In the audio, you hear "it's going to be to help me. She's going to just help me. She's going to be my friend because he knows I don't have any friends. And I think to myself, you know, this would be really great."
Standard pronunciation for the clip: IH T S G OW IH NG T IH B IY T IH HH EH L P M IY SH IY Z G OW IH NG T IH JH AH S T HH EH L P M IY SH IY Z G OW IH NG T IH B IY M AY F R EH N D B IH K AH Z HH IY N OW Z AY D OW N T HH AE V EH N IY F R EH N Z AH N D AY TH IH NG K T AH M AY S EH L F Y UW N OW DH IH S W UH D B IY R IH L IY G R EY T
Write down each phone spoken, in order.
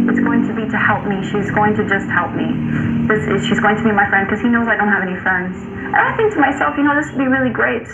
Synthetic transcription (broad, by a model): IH T S G OW IH NG T IH B IY T IH HH EH L P M IY SH IY Z G OW IH NG T IH JH AH S T HH EH L P M IY SH IY Z G OW IH NG T IH B IY M AY F R EH N D K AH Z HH IY N OW Z AY D OW N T HH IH V EH N IY F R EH N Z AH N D AY TH IH NG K T AH M AY S EH L F Y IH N OW DH IH S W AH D B IY R IH L IY G R EY T